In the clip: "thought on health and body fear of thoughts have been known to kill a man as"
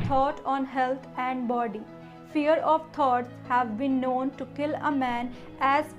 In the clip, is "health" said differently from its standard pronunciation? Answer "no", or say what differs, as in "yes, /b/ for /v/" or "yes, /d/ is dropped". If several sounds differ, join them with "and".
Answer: yes, /t/ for /θ/